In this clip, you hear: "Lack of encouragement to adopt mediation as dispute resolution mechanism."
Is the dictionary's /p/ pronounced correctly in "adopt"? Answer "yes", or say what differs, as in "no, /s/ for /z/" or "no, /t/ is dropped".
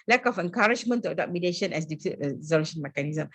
no, /p/ is dropped